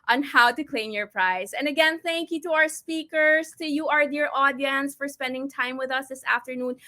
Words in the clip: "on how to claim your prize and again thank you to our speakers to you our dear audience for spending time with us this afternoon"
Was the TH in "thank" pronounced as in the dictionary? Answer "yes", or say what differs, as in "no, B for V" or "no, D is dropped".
yes